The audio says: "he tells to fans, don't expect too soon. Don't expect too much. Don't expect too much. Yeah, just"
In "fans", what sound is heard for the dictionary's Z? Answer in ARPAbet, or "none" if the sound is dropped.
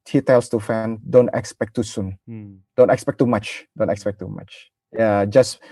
none